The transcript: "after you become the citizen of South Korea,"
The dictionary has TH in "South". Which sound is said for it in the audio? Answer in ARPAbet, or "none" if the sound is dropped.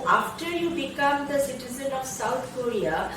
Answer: T